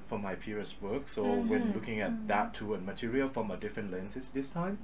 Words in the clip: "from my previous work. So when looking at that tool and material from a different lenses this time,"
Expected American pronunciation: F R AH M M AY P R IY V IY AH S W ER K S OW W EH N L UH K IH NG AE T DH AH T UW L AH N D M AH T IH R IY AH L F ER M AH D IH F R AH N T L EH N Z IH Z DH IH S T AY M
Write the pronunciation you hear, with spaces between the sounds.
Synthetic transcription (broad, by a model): F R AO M M AY P IY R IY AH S W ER K S OW W EH N L UH K IH NG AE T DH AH T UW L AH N M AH T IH R IY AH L F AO M AH D IH F R AH N T L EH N S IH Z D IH S T AY M